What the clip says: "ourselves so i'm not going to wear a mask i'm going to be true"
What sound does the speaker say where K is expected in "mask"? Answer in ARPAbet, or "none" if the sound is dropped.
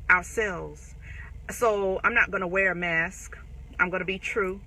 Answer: K